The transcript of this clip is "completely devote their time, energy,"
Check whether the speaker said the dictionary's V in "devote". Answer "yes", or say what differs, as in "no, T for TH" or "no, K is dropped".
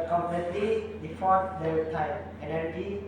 no, F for V